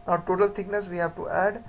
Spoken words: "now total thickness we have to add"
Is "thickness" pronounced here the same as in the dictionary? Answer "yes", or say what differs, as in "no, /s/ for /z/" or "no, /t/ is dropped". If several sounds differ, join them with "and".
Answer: no, /t/ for /θ/